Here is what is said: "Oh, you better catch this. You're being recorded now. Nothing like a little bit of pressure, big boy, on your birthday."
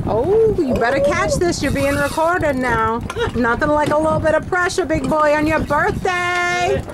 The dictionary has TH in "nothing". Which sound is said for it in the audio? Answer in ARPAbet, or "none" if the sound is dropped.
TH